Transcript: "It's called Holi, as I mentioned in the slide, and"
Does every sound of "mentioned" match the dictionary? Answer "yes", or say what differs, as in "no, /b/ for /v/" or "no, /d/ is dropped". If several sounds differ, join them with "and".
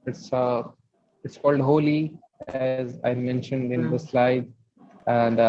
yes